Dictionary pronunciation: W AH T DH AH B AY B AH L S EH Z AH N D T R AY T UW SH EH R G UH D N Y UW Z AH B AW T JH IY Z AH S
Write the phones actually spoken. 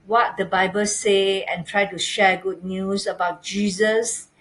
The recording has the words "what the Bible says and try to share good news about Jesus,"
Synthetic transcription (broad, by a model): W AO T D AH B AY B AH L S EH AH N T R AY T UW SH EH G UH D N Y UW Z AH B AW T JH IY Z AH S